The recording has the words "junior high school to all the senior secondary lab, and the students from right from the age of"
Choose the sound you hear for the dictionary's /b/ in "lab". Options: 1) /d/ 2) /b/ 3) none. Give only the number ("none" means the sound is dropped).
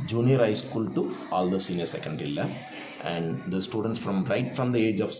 3